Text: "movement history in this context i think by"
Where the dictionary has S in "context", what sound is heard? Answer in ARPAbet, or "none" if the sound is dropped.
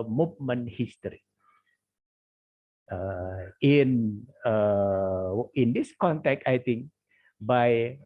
none